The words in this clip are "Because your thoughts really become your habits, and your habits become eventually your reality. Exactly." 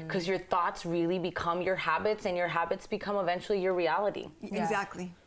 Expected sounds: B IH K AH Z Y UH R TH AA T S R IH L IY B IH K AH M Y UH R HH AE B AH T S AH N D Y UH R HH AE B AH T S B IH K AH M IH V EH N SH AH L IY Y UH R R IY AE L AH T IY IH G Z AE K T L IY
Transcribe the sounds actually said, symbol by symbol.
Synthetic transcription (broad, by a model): K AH Z Y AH R TH AA T S R IH L IY B IH K AH M Y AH R HH AE B AH T S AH N Y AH R HH AE B AH T S B IH K AH M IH V EH N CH L IY Y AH R R IY AE L AH T IY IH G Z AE K T L IY